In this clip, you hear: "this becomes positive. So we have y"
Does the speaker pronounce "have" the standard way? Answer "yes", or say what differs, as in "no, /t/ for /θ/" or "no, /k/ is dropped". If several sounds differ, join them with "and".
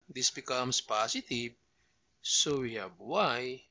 no, /b/ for /v/